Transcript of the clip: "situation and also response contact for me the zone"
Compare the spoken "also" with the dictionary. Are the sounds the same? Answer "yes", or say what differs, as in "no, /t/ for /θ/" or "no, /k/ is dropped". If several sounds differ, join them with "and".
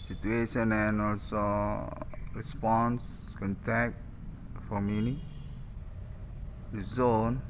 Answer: yes